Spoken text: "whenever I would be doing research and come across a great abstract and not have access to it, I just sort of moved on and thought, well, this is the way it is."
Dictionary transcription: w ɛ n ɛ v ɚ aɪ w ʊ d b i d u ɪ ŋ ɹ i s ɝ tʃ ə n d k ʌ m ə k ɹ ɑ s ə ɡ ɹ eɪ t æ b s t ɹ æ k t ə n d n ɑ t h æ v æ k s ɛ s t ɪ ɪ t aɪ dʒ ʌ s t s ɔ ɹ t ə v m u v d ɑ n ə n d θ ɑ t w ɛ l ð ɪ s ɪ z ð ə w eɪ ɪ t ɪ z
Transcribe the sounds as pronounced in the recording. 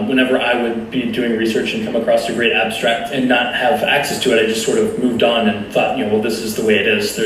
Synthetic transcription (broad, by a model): w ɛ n ɛ v ɚ aɪ w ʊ d b i d u ɪ ŋ ɹ i s ɝ tʃ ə n k ʌ m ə k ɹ ɑ s ə ɡ ɹ eɪ t æ b s t ɹ æ k t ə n n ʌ t h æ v æ k s ɛ s t ɪ ɪ t aɪ dʒ ʌ s t s ɔ ɹ t ə v m u v d n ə n θ ɑ t w ɛ l ð ɪ s ɪ z ð ə w eɪ ɪ t ɪ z